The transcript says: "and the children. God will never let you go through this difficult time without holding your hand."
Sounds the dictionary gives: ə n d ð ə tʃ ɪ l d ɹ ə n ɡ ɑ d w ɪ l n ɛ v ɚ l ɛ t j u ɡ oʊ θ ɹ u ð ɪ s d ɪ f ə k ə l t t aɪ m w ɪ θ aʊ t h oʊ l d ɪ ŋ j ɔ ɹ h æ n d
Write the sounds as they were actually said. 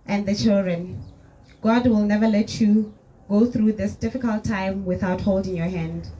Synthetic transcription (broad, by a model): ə n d ð ə tʃ ɪ l d ɹ ə n ɡ ɑ d w ɪ l n ɛ v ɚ l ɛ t j u ɡ oʊ θ ɹ u ð ɪ s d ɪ f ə k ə l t t aɪ m w ɪ θ aʊ t h oʊ l d ɪ ŋ j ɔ h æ n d